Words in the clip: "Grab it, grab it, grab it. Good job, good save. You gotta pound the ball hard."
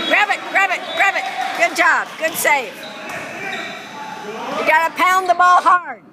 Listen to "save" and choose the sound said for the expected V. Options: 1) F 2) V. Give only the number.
1